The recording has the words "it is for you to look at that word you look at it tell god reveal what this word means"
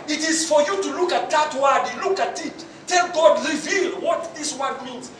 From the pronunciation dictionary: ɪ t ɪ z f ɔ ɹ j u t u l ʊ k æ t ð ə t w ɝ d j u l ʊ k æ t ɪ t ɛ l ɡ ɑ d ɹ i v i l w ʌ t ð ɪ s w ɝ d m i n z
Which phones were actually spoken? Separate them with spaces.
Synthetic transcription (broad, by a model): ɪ t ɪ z f ɔ ɹ j u t u l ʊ k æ t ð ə t w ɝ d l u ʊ k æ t ɪ t ɛ l ɡ ɑ d ɹ i v i l w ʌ t ð ɪ s w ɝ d m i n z